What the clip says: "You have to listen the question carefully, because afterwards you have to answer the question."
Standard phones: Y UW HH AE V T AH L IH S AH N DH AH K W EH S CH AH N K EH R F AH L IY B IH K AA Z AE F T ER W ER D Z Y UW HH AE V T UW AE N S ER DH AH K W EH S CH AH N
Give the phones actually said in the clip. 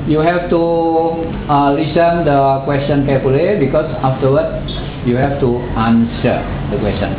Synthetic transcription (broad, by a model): Y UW HH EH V T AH L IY S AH N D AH K W EH S CH AH N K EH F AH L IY B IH K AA S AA F T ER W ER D Y UW HH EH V T UW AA N S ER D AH K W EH S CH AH N